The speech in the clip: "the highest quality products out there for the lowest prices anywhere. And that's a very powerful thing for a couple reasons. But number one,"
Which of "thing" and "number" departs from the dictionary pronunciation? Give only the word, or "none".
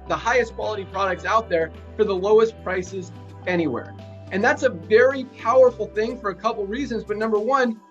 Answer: none